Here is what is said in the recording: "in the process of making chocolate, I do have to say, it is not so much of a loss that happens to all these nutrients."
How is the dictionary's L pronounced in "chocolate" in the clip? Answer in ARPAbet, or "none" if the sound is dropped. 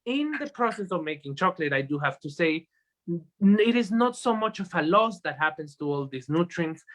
L